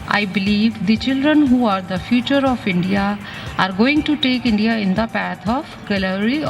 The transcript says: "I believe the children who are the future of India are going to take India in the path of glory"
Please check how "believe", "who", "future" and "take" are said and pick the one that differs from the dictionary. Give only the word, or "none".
none